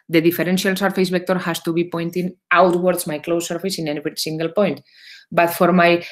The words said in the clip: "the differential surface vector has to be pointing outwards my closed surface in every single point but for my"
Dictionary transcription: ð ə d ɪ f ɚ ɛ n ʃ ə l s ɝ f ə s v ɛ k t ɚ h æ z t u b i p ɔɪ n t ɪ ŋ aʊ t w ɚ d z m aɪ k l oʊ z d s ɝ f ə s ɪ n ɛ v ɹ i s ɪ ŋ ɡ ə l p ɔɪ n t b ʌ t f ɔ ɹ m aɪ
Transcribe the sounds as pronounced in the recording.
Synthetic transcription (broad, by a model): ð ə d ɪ f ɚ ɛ n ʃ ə l s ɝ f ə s b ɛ k t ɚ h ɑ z t u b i p ɔɪ n t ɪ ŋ aʊ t w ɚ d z m aɪ k l oʊ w s ɝ f ə s ɪ n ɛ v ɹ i s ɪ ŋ ɡ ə l p ɔɪ n t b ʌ t f ɔ ɹ m aɪ